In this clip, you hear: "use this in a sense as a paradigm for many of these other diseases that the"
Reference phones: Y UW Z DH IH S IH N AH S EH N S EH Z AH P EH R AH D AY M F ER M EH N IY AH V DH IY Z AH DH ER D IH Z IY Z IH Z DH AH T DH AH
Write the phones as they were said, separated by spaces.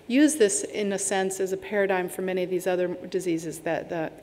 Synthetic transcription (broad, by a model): Y UW Z DH IH S IH N AH S EH N S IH Z AH P EH R AH D AY M F ER M EH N IY AH V DH IY Z AH DH ER D IH Z IY Z IH Z DH AH T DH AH